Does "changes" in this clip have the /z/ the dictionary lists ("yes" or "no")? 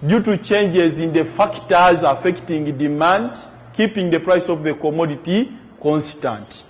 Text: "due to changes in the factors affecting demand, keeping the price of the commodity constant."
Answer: yes